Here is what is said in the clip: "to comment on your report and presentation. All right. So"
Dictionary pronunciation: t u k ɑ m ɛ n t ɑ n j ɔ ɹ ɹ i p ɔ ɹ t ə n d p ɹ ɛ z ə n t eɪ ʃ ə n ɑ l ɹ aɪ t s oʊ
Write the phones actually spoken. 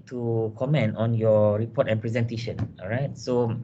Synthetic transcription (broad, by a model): t u k ɑ m ɛ n t ɑ n j ɔ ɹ ɹ i p ɔ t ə n p ɹ ɛ z ə n t eɪ ʃ ə n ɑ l ɹ aɪ t s oʊ